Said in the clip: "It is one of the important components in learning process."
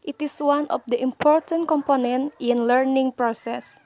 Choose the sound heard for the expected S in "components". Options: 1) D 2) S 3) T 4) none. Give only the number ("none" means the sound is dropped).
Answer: 4